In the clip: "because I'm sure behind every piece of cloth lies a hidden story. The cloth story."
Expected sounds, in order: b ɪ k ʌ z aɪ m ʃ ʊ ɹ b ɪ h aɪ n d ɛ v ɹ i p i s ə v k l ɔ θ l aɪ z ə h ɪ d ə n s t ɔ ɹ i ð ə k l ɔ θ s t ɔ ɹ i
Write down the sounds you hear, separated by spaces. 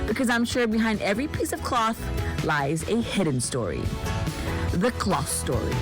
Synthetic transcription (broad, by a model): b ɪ k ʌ z aɪ m ʃ ʊ ɹ b ɪ h aɪ n d ɛ v ɹ i p i s ə v k l ɔ θ l aɪ z ə h ɪ d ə n s t ɔ ɹ i ð ə k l ɔ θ s t ɔ ɹ i